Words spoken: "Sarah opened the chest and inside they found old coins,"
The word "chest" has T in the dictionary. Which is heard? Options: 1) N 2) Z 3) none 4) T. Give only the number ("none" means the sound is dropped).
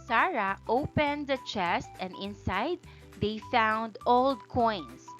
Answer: 4